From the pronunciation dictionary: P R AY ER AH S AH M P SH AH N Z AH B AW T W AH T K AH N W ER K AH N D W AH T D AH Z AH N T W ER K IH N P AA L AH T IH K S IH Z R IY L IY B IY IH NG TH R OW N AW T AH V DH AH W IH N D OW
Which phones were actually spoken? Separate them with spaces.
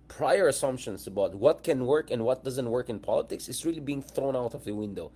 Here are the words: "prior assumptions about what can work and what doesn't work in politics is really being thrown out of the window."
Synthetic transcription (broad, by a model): P R AY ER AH S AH M P SH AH N S AH B AW T W AH T K AH N W ER K AH N D W AH T D AH Z AH N T W ER K IH N P AA L AH T IH K S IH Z R IY L IY B IY IH NG TH R OW N AW T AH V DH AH W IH N D OW